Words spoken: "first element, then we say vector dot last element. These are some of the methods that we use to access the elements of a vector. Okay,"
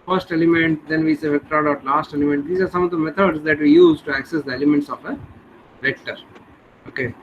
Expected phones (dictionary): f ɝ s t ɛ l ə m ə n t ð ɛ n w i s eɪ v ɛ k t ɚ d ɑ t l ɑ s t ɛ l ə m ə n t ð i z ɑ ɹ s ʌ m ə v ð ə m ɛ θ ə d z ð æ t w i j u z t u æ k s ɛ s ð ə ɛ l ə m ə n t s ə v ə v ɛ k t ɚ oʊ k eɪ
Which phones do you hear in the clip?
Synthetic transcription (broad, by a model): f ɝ s t ɛ l ə m ə n t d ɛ n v i s eɪ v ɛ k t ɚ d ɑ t l ɑ s t ɛ l ə m ə n t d i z ɑ ɹ s ʌ m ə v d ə m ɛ t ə d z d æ t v i j u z t u æ k s ɛ s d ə ɛ l ə m ə n t s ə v ə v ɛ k t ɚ oʊ k eɪ